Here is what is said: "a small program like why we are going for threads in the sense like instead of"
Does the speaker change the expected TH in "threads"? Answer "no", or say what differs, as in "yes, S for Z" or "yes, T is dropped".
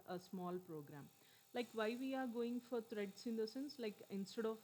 yes, T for TH